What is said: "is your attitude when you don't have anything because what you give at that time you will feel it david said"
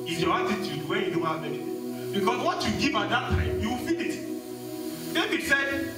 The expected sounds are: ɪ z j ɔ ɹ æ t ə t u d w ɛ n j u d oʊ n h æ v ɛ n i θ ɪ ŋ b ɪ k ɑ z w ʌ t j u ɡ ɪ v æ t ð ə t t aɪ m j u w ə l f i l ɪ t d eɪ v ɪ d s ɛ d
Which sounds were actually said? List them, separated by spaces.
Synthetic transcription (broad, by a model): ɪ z j ɔ ɹ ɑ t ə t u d w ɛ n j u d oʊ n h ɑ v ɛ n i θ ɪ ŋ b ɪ k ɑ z w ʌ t j u ɡ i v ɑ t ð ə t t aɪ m j u w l f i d ɪ t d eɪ b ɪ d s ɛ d